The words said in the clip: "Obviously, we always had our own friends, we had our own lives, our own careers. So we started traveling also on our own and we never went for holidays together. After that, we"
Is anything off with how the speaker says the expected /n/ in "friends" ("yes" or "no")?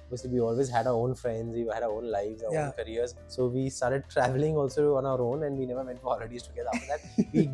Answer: no